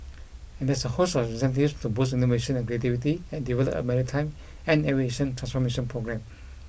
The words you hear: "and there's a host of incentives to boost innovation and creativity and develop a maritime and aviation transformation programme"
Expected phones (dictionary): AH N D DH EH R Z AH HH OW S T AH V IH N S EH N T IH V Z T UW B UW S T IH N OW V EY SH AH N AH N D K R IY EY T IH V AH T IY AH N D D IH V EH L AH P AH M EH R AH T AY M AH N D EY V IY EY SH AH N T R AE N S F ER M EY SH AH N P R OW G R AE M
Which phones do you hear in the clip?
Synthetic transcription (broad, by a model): AH N D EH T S AH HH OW S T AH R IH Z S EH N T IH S T UW B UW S IY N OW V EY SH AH N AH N K R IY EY T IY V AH T IY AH N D D IH V EH L AH P AH M EH R AH T AY M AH N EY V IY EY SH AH N T R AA N S F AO M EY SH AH N P R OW G R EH M